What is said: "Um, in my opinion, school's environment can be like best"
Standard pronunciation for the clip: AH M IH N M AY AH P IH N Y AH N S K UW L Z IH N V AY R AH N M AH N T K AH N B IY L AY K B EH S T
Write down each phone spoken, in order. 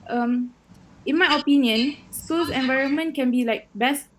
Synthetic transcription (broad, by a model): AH M IH N M AY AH P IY N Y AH N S UW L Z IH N V AY R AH N M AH N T K AH N B IY L AY K B EH S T